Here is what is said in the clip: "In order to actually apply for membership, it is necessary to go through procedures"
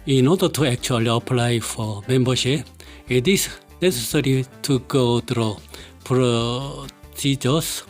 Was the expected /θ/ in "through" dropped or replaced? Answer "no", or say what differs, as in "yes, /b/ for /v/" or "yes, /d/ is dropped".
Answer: yes, /t/ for /θ/